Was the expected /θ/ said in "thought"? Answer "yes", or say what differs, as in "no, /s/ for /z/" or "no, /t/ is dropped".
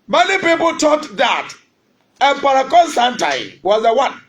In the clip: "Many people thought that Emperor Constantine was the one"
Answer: no, /t/ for /θ/